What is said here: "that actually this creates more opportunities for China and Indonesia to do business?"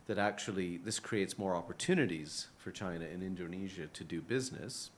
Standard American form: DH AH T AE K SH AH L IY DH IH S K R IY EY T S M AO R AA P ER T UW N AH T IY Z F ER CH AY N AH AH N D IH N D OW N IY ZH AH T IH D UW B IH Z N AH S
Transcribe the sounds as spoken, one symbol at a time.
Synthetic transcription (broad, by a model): DH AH T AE K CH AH L IY DH IH S K R IY EY T S M AO R AA P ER T UW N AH T IY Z F ER CH AY N AH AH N IH N D OW N IY ZH AH T IH D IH B IH Z N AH S